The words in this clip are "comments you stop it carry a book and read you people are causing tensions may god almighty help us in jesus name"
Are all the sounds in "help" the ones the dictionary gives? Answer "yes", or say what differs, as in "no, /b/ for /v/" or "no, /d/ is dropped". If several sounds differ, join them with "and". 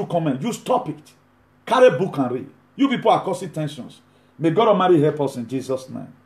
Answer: no, /l/ is dropped